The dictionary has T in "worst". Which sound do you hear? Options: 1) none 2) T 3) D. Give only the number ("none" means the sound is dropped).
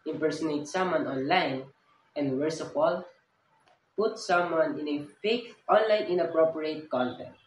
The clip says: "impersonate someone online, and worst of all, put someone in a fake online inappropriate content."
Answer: 1